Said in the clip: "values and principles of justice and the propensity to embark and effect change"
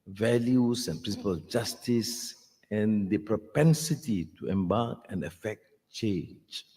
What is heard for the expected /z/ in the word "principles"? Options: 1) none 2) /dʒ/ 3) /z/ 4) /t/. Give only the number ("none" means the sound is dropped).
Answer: 1